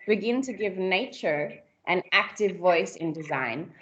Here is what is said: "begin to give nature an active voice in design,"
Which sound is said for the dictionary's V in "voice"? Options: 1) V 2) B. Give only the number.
1